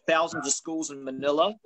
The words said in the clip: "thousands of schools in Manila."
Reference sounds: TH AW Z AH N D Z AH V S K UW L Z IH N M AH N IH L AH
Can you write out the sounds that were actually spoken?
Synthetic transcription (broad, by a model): TH AW Z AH N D Z AH V S K UW L Z IH N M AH N IH L AH